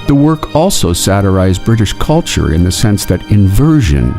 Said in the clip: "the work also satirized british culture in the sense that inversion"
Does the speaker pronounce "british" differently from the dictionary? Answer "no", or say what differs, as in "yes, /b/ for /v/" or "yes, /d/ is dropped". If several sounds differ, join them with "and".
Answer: no